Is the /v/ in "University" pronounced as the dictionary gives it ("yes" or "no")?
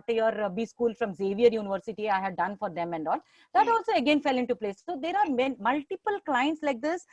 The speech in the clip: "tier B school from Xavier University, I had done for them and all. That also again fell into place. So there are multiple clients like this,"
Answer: yes